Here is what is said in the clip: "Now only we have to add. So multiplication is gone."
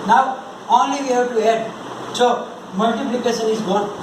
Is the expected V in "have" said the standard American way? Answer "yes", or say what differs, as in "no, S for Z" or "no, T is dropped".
no, B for V